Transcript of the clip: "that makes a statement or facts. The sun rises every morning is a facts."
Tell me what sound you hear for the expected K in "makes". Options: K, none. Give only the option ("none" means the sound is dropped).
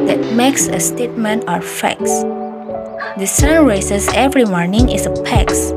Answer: K